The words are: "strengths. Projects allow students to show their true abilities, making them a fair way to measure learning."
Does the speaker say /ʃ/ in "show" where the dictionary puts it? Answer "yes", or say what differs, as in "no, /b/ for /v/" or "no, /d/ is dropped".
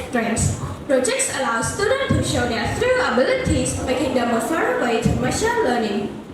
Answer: yes